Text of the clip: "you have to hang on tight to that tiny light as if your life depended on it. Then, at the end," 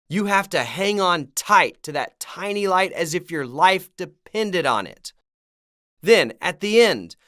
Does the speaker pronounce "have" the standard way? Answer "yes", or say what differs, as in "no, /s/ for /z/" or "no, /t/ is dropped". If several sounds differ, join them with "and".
no, /f/ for /v/